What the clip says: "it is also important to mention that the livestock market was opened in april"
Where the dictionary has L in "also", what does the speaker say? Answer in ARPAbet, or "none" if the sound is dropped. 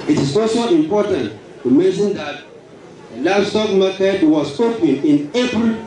none